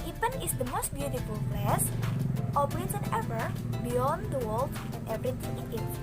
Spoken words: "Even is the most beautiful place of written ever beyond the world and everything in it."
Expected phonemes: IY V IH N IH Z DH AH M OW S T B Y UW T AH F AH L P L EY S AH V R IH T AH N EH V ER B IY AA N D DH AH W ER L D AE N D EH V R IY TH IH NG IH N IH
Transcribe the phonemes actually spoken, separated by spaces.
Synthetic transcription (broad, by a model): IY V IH N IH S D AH M OW S T B Y UW T AH F AH L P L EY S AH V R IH S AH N EH V ER B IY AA N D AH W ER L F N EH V R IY T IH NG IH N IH